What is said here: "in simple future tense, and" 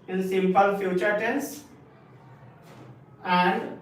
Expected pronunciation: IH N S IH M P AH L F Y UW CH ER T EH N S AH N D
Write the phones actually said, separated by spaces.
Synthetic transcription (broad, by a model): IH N S IH M P AH L F Y UW CH ER T EH N S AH N D